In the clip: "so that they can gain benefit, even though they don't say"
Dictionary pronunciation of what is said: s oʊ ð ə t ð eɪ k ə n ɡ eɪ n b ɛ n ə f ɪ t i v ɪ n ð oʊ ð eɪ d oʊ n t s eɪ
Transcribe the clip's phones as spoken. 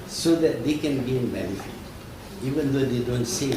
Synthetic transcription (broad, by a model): s oʊ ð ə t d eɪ k ə n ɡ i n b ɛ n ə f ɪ i v ɪ n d oʊ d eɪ d oʊ n t s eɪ